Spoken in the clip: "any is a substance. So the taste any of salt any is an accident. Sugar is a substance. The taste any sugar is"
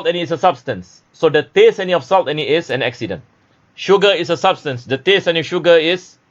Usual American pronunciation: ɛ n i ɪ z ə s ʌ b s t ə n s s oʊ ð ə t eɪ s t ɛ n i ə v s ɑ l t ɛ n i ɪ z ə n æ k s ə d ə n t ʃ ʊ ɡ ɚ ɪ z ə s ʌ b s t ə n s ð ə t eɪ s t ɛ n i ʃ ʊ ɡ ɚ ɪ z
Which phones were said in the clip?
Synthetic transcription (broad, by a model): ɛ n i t s ə s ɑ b s t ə n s s oʊ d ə t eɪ s ɛ n i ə f s ɑ l t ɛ n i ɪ s ə n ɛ k s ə d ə n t ʃ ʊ ɡ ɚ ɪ s ə s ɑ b s t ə n s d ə t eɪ s ɛ n i ʃ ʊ ɡ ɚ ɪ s